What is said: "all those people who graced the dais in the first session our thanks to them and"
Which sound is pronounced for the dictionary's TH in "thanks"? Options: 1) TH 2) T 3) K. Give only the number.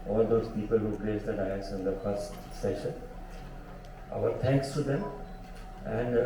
2